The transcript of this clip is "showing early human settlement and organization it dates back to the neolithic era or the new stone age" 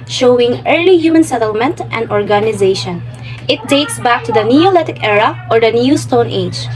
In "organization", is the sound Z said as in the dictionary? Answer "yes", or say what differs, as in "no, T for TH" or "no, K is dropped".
yes